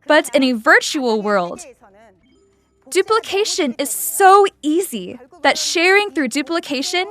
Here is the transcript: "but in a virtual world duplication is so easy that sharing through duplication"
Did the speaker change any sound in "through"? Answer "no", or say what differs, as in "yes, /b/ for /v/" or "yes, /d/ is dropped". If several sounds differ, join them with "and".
no